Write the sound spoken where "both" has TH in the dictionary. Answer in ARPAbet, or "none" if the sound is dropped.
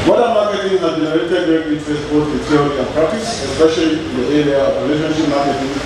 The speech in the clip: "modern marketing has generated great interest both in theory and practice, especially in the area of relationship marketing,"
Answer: T